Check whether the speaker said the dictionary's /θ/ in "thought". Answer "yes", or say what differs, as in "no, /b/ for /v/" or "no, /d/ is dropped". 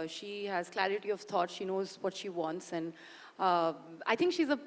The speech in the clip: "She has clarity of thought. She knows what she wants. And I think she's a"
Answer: no, /t/ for /θ/